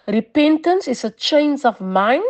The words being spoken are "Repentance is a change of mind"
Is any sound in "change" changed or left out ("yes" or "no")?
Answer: yes